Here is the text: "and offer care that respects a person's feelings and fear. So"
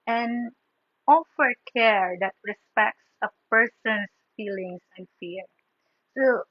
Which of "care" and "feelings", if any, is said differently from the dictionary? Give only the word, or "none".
feelings